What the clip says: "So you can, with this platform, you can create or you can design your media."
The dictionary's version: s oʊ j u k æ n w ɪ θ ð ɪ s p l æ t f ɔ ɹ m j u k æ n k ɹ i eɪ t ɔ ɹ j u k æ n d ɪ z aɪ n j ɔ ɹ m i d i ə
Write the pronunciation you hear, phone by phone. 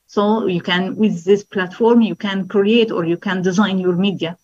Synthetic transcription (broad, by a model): s oʊ j u k æ n w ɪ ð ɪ s p l æ t f ɔ ɹ m j u k æ n k ɹ i eɪ t ɔ ɹ j u k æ n d ɪ z aɪ n j ɔ ɹ m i d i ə